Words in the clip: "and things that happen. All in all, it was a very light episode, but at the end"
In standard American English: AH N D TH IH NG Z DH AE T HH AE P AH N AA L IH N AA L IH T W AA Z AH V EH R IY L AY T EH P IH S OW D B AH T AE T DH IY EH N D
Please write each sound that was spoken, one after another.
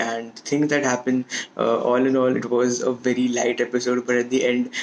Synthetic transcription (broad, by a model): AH N D T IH NG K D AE T HH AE P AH N AA L IH N AA L IH T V AA Z AH V EH R IY L AY T EH P IH S OW D B AH T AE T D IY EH N D